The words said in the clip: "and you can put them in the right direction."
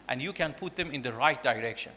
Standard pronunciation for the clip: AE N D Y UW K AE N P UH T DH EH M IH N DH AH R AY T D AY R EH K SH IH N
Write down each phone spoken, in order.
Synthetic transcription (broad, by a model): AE N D Y UW K AE N P UH T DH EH M IH N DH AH R AY T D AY R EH K SH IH N